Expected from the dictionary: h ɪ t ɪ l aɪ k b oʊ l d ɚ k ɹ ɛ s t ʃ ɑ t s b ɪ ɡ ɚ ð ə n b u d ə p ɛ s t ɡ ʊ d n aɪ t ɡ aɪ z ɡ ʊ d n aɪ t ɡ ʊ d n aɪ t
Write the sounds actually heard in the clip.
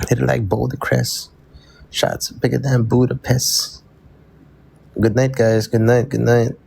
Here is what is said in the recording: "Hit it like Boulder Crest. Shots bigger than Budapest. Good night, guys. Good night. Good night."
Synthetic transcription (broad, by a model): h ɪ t ɪ l aɪ k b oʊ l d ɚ k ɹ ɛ s ʃ ɑ t s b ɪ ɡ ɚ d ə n b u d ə p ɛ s ɡ ʊ d n aɪ t ɡ aɪ z ɡ ʊ d n aɪ t ɡ ʊ d n aɪ t